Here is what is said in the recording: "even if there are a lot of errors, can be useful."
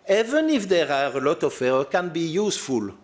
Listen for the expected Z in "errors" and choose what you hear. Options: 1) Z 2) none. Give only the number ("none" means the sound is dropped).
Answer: 2